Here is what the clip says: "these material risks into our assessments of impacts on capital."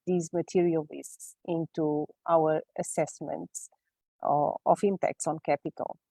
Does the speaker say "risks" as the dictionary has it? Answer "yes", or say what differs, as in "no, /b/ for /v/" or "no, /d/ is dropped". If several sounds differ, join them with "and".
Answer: no, /k/ is dropped